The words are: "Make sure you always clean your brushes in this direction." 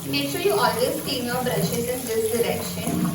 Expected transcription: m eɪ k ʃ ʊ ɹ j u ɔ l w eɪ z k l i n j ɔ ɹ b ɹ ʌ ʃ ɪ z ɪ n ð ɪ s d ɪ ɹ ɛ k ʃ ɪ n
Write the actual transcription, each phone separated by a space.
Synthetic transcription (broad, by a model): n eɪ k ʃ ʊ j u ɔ l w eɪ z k i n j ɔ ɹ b ɹ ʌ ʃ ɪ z ɪ n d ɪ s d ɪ ɹ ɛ k ʃ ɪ n